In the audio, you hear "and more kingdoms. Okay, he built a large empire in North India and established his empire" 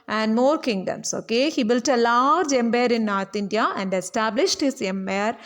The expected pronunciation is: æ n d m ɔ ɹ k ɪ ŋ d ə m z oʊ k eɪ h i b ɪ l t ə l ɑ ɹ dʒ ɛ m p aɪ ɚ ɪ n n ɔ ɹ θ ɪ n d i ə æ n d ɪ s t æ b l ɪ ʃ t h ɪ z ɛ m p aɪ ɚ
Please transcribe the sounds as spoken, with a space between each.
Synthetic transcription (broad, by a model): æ n d m ɔ ɹ k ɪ ŋ d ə m s oʊ k eɪ h i b ɪ l t ə l ɑ ɹ dʒ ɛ m b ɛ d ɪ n n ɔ ɹ t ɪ n d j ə æ n d ɪ s t æ b l ɪ ʃ t h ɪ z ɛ m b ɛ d